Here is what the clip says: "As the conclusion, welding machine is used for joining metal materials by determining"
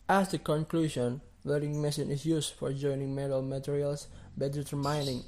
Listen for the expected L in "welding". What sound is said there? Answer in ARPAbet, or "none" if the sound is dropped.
none